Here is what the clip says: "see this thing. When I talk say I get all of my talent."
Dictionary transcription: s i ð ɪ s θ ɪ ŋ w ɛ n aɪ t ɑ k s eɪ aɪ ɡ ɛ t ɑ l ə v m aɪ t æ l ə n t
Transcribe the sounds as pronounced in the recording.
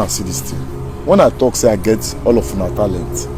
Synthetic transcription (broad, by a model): s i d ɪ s t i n w ɛ n aɪ t ɑ k s eɪ aɪ ɡ ɛ t ɑ l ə f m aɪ t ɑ l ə n t